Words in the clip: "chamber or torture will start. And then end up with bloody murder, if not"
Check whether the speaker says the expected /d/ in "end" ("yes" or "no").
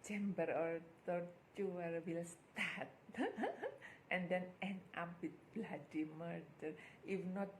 no